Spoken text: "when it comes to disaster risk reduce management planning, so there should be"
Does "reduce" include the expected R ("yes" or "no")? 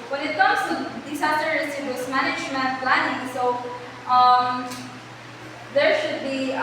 no